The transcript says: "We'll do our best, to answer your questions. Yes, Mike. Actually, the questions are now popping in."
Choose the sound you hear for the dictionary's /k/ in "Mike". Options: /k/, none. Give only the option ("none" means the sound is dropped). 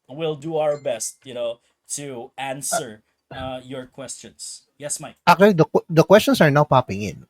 none